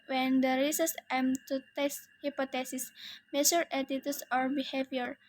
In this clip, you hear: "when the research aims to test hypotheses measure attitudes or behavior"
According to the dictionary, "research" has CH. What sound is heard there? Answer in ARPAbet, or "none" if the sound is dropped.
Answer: S